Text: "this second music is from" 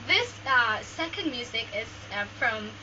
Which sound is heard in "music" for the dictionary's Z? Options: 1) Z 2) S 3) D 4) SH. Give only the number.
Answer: 1